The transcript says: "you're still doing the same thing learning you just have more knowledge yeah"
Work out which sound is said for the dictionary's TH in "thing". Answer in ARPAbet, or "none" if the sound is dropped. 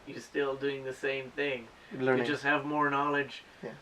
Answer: TH